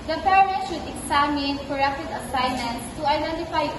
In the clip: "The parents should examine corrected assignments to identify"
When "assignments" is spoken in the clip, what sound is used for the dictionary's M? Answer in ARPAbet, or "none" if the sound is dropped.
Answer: none